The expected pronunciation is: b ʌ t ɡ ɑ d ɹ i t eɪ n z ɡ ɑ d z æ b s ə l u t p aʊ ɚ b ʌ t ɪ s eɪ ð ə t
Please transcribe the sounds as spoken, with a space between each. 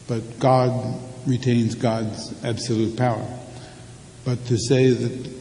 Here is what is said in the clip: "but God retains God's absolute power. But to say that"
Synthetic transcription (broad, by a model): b ʌ t ɡ ɑ d ɹ i t eɪ n z ɡ ɑ d z æ b s ə l u t p aʊ ɚ b ʌ t ɪ s eɪ ð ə t